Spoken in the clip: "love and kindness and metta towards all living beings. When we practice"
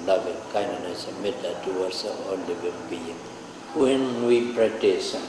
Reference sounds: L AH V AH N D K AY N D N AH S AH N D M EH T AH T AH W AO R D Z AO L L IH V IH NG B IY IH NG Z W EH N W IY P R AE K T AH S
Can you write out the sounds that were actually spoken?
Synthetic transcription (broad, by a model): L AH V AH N K AY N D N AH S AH M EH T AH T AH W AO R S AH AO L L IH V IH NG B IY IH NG W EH N W IY P R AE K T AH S